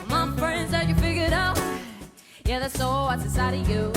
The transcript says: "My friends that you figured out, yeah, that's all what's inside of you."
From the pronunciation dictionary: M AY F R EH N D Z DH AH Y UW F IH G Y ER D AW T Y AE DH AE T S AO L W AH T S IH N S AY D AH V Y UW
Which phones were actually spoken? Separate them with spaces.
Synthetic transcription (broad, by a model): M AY F R EH N D Z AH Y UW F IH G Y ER D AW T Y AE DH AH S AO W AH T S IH S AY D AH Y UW